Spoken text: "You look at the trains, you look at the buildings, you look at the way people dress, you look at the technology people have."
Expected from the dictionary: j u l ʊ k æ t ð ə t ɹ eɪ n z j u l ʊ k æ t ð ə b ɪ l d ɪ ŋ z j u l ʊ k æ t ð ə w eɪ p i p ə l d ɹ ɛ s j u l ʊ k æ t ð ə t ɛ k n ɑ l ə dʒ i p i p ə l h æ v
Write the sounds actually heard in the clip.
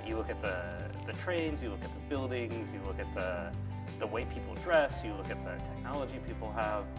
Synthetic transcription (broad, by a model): j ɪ l ʊ k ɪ t ð ə t ɹ eɪ n z j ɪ l ʊ k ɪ t ð ə b ɪ l d ɪ ŋ z j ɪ l ʊ k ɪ t ð ə w eɪ p i p l d ɹ ɛ s j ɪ l ʊ k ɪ t ð ə t ɛ k n ɑ l ə dʒ i p i p l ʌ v